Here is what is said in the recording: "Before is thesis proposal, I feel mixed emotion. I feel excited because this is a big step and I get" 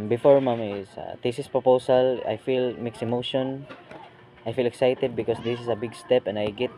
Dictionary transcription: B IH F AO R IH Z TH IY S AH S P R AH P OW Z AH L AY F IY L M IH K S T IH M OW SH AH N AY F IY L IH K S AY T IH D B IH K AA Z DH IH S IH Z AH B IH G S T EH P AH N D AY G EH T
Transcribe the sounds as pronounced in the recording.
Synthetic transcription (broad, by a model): B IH F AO R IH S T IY S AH S P R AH P OW S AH L AY F IY L M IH K S IH M OW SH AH N AY F IY L IH K S AY T IH D B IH K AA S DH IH S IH S AH B IH G S T EH P AH N D AY G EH T